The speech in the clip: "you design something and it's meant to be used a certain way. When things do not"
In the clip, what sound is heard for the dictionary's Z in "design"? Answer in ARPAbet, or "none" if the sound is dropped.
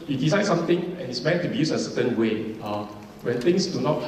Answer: S